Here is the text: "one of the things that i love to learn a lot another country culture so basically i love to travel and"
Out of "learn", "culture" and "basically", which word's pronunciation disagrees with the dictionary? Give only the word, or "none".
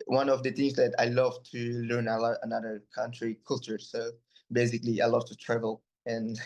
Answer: none